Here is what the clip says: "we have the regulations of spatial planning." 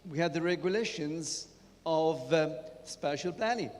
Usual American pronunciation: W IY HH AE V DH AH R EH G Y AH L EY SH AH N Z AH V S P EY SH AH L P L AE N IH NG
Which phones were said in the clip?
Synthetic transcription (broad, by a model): W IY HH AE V DH AH R EH G Y AH L EY SH AH N Z AH V S P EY SH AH L P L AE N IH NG